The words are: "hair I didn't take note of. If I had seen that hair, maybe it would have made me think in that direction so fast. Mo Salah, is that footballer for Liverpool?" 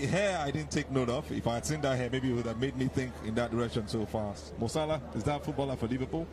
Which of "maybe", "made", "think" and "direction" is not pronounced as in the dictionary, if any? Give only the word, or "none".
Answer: none